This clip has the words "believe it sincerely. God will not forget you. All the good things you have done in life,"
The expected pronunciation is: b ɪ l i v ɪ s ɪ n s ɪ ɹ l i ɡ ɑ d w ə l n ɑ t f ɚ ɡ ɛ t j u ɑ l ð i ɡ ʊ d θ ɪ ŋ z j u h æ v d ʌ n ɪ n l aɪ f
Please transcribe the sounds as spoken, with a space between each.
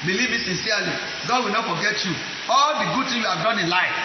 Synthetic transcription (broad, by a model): b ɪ l i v ɪ s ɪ n s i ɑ l i ɡ ɑ d w ə l n ɑ t f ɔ ɡ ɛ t j u ɑ l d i ɡ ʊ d t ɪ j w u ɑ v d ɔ n ɪ n l aɪ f